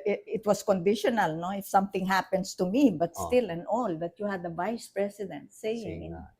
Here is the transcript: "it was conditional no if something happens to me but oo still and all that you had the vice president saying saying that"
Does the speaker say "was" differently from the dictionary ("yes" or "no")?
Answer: yes